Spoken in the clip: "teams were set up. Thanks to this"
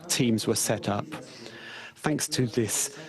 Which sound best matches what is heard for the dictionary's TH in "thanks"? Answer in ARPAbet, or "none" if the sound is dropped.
TH